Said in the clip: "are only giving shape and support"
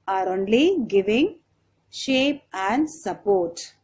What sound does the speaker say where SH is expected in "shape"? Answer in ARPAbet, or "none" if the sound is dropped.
SH